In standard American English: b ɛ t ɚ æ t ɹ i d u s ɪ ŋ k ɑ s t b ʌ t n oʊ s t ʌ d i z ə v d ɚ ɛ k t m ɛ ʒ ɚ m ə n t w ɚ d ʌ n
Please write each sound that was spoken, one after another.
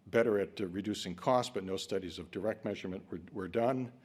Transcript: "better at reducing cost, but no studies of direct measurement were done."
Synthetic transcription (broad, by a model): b ɛ t ɚ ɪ t ɹ i d u s ɪ ŋ k ɑ s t b ʌ t n oʊ s t ʌ d i z ə v d ɚ ɛ k t m ɛ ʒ ɚ m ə n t w ɚ d ʌ n